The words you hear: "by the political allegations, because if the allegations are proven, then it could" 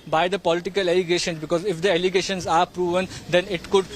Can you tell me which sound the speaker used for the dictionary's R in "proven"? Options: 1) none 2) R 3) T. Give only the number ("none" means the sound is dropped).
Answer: 2